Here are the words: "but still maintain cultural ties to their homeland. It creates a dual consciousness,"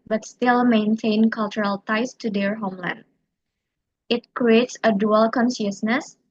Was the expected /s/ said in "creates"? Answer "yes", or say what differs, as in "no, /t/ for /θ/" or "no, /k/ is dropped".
yes